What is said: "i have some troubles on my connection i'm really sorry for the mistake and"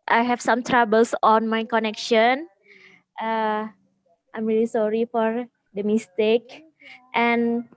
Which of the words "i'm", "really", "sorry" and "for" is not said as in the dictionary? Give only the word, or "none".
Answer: none